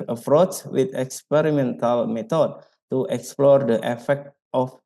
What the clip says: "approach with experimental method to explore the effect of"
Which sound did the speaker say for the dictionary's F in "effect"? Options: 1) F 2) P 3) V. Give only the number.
1